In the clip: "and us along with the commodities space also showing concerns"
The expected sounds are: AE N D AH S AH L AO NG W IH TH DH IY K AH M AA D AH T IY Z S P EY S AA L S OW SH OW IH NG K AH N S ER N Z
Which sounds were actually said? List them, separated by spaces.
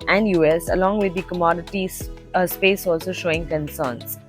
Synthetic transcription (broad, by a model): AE N D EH S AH L AO NG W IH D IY K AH M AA D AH T IY S P EY S AA L S OW SH OW IH NG K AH N S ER N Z